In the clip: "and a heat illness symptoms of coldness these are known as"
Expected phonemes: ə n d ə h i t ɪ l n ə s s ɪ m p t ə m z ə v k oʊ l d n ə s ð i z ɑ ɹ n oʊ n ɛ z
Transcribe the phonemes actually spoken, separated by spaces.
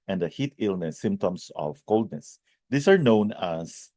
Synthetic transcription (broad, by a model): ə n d ə h i t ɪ l n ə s s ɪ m p t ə m s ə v k oʊ l d n ə s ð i s ɑ ɹ n oʊ n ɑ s